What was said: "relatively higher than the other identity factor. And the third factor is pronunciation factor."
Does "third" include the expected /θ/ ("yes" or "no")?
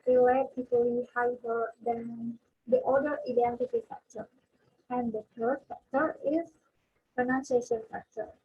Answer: no